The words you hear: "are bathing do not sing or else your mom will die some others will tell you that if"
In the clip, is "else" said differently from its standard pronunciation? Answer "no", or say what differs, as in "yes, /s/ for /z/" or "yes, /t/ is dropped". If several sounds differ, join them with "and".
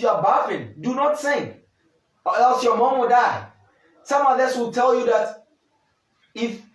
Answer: yes, /l/ is dropped